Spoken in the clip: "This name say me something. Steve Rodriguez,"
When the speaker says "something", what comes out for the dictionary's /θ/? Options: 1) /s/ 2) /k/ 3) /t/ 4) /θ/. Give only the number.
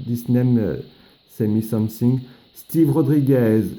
1